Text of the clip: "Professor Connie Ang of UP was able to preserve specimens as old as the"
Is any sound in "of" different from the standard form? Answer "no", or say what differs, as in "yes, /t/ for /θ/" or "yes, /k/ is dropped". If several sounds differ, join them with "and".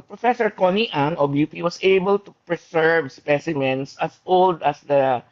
yes, /b/ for /v/